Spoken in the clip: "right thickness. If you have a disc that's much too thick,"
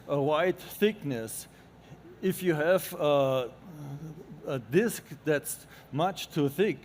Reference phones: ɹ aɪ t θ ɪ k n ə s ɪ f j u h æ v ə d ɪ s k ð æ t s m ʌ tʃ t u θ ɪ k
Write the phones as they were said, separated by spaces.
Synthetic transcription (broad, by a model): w aɪ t θ ɪ k n ə s ɪ f j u h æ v ə d ɪ s k ð æ t s m ʌ tʃ t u θ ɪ k